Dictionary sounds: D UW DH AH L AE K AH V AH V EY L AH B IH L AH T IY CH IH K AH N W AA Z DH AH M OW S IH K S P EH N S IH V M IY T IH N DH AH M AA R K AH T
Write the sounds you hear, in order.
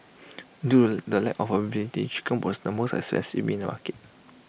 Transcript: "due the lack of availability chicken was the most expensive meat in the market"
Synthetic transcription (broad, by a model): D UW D AH L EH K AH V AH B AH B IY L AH T IY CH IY K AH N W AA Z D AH M OW S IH S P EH N S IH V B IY N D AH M AA K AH T